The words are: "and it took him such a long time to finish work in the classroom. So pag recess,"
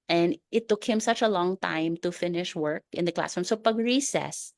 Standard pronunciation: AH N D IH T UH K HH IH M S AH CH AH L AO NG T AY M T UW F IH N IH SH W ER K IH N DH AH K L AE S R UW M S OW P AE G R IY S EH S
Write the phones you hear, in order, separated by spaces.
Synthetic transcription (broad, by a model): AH N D IH T UH K HH IH M S AH CH AH L AO NG T AY M T UW F IH N IH SH W ER K IH N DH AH K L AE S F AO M S OW P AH G R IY S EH S